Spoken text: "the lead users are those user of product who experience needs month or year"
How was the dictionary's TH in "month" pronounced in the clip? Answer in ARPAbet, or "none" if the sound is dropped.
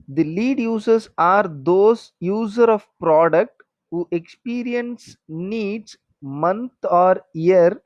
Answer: T